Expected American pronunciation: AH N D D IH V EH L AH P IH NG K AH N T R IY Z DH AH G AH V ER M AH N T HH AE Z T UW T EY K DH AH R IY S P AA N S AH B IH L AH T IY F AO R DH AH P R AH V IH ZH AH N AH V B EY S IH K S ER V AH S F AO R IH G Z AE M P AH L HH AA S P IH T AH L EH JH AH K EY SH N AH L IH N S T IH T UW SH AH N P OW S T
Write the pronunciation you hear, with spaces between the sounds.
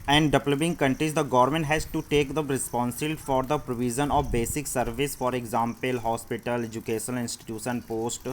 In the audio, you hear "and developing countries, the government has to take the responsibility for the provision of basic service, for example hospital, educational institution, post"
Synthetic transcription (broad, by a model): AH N D D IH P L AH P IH NG K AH N T R IY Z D AH G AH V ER M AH N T HH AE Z T UW T EY K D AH R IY S P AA N S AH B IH L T F AO R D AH P R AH V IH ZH AH N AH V B EY S IH K S ER V AH S F AO R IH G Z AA M P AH L HH AA S P IH T AH L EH JH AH K EY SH AH N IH N S T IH T UW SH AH N P OW S T